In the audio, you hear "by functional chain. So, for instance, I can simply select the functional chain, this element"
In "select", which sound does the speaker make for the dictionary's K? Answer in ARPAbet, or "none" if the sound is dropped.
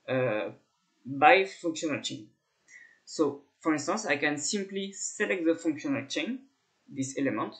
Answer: K